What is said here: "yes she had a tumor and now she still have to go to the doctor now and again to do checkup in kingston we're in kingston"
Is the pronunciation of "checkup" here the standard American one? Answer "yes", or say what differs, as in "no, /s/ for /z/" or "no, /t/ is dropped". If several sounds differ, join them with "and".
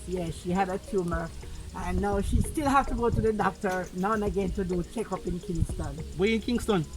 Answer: yes